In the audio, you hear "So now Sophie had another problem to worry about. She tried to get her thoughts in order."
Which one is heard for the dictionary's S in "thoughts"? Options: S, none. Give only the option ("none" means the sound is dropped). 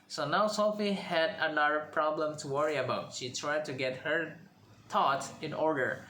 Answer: none